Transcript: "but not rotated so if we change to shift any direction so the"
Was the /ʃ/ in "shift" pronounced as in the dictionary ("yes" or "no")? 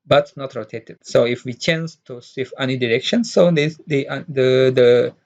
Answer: no